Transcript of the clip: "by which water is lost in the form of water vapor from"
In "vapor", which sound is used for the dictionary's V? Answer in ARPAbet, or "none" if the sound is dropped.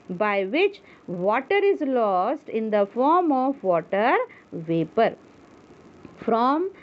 V